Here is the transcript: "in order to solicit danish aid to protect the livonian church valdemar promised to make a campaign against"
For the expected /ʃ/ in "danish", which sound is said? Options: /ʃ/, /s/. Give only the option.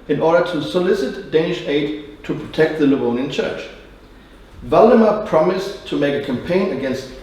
/ʃ/